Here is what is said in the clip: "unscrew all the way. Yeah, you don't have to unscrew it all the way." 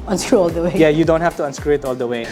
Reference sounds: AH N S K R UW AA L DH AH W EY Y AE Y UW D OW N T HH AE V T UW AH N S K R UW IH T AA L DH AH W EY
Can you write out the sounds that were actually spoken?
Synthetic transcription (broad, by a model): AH N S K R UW AA L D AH W EY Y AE Y UW D OW N T HH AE F T UW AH N S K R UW IH T AA L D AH W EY